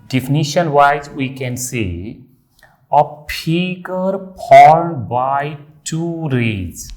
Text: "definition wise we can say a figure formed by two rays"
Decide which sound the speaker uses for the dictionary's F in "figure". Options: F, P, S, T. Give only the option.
P